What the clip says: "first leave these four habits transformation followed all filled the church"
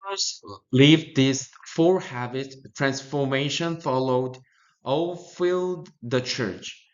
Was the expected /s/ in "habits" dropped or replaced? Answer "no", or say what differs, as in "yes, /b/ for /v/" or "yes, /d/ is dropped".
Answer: yes, /s/ is dropped